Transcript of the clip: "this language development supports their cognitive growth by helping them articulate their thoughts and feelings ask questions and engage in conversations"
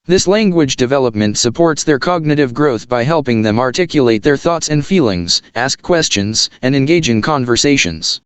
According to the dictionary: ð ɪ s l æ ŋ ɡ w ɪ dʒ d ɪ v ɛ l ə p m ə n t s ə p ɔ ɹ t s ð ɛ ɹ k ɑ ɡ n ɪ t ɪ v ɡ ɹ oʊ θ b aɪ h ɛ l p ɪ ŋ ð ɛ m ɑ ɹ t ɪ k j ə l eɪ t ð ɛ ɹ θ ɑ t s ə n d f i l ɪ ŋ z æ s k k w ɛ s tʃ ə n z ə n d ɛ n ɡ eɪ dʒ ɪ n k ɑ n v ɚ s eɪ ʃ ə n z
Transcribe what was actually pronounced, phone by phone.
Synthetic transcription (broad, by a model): ð ɪ s l æ ŋ ɡ w ɪ dʒ d ɪ v ɛ l ə p m ə n t s ə p ɔ ɹ t s ð ɛ ɹ k ɑ ɡ n ɪ t ɪ v ɡ ɹ oʊ θ b aɪ h ɛ l p ɪ ŋ ð ɛ m ɑ ɹ t ɪ k j ə l eɪ t ð ɛ ɹ θ ɑ t s ə n d f i l ɪ ŋ z æ s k k w ɛ s tʃ ə n z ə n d ɛ n ɡ eɪ dʒ ɪ n k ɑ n v ɚ s eɪ ʃ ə n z